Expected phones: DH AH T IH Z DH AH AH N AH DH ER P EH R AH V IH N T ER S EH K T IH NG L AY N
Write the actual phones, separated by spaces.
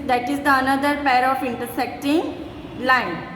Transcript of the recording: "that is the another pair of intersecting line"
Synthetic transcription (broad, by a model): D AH T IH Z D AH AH N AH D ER P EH R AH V IH N T ER S EH K T IH NG L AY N